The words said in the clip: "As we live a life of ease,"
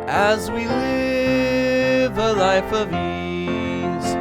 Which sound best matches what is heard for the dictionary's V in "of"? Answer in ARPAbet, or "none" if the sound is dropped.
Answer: V